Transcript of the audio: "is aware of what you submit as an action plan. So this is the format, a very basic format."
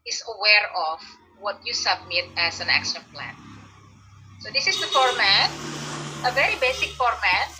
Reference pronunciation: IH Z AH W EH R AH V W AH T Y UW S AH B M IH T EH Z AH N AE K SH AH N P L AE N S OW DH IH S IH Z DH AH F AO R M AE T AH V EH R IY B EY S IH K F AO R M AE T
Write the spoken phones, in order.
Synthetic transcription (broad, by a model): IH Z AH W EH R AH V W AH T Y UW S AH B M IH T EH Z AH N AE K SH AH N P L AE N S OW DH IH S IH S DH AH F AO R M AE T AH V EH R IY B EY S IH K F AO R M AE T